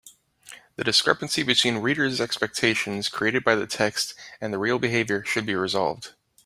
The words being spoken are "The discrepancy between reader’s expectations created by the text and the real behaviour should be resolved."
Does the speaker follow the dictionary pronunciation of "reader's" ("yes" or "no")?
yes